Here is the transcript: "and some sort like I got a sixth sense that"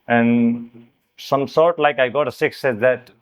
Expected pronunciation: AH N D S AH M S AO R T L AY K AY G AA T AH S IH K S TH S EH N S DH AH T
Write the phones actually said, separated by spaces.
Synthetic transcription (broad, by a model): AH N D S AH M S AO R T L AY K AY G AA T AH S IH K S S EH S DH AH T